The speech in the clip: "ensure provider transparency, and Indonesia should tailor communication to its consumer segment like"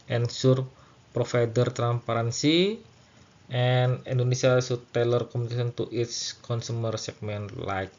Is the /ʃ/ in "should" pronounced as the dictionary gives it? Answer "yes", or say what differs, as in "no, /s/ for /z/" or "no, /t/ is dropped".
no, /s/ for /ʃ/